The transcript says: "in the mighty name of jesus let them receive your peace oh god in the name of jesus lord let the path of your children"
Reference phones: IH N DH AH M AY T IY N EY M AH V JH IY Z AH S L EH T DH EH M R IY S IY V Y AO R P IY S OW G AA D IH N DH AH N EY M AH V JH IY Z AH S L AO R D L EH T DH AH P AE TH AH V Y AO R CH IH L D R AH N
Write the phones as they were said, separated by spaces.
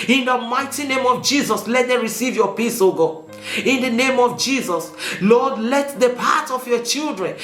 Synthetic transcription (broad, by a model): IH N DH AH M AY T IY N EY M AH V JH IY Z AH S L EH T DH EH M R IY S IY V Y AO P IY S OW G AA IH N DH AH N EY M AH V JH IY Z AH S L AO D L EH T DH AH P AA T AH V Y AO CH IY L D R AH N